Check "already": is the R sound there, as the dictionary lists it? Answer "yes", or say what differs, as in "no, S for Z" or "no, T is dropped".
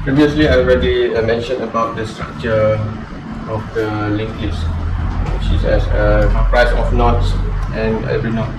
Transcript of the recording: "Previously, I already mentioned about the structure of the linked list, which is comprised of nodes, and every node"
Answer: yes